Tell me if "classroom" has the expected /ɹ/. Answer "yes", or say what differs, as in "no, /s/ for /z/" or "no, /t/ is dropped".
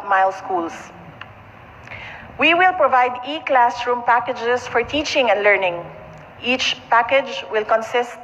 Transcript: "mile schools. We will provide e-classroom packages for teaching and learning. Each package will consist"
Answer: yes